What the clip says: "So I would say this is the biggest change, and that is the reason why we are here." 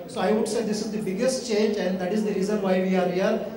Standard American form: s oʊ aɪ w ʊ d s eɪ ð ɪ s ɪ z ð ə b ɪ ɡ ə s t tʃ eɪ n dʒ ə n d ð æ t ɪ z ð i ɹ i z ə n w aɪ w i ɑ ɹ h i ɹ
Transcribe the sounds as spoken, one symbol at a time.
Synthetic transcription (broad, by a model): s oʊ aɪ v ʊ d s eɪ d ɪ s ɪ z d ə b ɪ ɡ ə s t tʃ eɪ n dʒ ə n d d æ t ɪ z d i ɹ i z ə n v aɪ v i ɑ ɹ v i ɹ